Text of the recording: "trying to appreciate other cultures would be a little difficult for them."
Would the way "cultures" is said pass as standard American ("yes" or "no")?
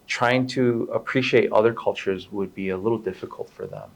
yes